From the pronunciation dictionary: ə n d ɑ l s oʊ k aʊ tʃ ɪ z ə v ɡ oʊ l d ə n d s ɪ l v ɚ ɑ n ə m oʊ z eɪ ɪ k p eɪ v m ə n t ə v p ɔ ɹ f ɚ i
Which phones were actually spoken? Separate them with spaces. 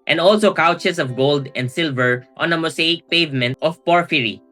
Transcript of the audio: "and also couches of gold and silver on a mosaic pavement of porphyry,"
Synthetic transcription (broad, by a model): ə n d ɑ l s oʊ k aʊ tʃ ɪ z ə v ɡ oʊ l d ə n d s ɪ l v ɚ ɑ n ə m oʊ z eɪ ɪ k p eɪ v m ə n t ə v p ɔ ɹ f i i